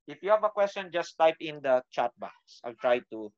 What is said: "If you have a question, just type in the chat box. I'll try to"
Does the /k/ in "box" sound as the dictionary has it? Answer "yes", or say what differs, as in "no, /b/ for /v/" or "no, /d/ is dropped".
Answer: no, /k/ is dropped